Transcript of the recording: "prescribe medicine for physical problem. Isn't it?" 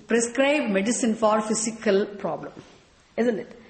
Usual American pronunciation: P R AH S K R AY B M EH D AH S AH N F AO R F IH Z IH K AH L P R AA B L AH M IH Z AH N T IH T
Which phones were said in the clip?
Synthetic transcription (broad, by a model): P R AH S K R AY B M EH D AH S AH N F AO R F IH S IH K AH L P R AA B L AH M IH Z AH N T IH T